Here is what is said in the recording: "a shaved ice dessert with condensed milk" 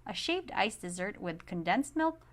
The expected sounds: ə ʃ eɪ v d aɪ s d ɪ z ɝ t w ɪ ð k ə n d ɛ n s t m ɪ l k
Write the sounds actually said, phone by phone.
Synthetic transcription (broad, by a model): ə ʃ eɪ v d aɪ s d ɪ z ɝ t w ɪ ð k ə n d ɛ n s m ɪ l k